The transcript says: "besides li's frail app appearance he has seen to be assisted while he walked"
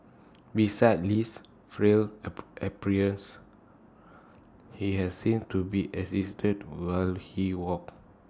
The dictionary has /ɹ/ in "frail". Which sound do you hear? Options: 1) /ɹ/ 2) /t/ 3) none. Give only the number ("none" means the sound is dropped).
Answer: 1